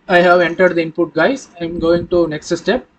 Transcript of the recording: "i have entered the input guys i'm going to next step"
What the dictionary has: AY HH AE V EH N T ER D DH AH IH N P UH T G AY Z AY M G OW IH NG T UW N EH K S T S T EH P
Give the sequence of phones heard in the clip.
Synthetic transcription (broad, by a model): AY HH AE V EH N T ER D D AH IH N P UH T G AY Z AY M G OW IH NG T UW N EH K S T S T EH P